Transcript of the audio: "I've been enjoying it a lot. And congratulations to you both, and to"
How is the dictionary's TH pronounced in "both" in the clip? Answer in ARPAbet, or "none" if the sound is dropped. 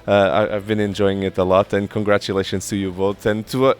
T